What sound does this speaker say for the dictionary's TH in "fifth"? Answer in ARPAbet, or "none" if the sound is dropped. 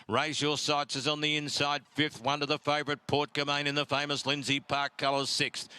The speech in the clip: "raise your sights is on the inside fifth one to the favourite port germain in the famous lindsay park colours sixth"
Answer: TH